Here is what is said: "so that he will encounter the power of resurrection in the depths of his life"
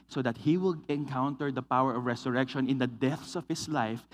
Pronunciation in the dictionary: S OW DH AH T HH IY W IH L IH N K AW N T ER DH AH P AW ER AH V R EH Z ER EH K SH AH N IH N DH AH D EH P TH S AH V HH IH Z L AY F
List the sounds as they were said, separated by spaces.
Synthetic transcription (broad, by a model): S OW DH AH T HH IY W IH L IH N K AW N T ER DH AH P AW ER AH V R EH S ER EH K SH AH N IH N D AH D EH TH S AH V HH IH S L AY F